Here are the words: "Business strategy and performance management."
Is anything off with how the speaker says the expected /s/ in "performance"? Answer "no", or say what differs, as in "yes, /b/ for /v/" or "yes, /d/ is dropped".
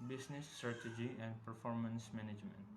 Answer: no